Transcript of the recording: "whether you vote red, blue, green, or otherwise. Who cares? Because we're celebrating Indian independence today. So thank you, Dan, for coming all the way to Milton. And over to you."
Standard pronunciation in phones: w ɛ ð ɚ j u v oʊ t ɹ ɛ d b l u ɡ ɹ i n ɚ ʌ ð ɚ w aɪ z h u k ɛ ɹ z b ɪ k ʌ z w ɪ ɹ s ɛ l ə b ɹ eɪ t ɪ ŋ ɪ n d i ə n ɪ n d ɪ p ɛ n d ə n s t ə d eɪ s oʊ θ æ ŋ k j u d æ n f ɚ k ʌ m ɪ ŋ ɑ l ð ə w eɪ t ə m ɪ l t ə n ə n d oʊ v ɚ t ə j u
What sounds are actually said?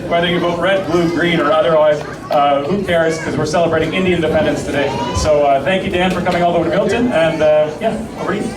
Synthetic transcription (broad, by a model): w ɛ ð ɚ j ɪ b oʊ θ ɹ ɛ d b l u ɡ ɹ i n ɚ ʌ ð ɚ w aɪ z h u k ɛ ɹ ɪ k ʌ z w ɪ ɹ s ɛ l ə b ɹ eɪ t ɪ ŋ ɪ n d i ɪ n d ɪ p ɛ n d ə n s t ə d eɪ s oʊ θ æ ŋ k j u d æ n f ɚ k ʌ m ɪ ŋ ɑ l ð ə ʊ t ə m ɪ l t ə n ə n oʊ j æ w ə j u